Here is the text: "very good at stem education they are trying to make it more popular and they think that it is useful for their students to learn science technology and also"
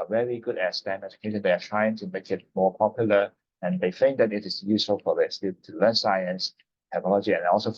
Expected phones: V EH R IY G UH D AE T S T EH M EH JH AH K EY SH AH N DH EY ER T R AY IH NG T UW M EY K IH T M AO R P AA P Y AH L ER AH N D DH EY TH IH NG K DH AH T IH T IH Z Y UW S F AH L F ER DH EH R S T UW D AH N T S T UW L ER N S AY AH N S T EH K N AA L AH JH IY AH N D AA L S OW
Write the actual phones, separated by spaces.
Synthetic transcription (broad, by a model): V EH R IY G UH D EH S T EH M EH JH AH K EY SH AH N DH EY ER T R AY IH NG T UW M EY K IH T M AO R P AA P Y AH L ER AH N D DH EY F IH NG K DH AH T IH T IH S Y UW S F AH L F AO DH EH S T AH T T UW L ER N S AY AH N S T EH K N AA L AH JH IY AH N AA L S OW